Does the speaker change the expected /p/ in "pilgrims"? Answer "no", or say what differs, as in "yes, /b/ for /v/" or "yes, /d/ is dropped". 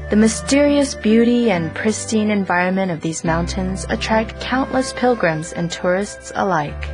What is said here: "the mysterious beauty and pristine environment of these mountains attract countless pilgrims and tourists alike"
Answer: no